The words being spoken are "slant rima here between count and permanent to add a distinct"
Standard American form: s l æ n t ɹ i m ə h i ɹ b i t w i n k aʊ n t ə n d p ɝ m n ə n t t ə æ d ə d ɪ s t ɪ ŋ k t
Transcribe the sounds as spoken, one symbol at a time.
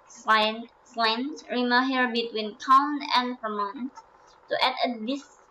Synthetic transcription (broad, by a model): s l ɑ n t ɹ i m ə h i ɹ b i t w i n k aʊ n ə n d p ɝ m ə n t t ə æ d ə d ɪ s